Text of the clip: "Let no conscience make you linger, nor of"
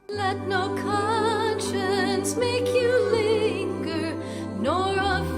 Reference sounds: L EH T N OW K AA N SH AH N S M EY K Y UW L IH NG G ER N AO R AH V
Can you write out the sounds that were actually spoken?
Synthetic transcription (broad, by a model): L EH T N OW K AA N SH AH N S M EY K Y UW L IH NG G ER N AO R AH